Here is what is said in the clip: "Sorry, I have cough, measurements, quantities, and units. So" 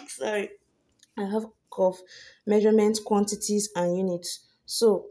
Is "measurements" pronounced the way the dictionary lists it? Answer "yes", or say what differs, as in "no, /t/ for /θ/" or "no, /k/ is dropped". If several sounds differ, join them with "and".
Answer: no, /s/ is dropped